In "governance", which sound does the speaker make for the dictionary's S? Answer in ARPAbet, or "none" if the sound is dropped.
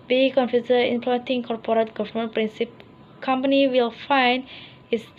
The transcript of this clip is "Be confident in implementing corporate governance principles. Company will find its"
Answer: none